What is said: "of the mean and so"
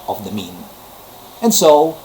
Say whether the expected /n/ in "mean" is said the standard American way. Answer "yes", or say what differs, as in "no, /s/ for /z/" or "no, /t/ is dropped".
yes